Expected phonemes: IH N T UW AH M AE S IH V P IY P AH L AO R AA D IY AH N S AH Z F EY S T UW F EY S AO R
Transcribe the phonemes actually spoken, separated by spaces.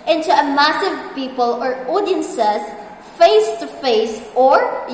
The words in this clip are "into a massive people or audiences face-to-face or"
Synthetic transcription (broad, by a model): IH N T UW AH M AE S IH V P IY P AH L AO R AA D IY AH N S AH S F EY S T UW F EY S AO R